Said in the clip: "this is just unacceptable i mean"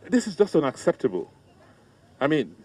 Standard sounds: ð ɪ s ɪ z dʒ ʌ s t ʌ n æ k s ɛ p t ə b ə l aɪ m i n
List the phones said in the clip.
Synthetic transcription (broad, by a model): ð ɪ s ɪ z dʒ ʌ s t ʌ n æ k s ɛ p t ə b ə l aɪ m i n